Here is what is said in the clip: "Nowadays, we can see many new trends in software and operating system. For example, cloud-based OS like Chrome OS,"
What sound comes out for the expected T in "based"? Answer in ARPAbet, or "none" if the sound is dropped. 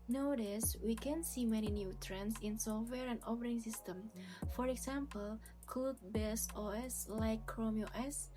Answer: none